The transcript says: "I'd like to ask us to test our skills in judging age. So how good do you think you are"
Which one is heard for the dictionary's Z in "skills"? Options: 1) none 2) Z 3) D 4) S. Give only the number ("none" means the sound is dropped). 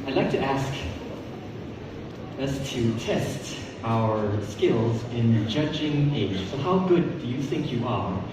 2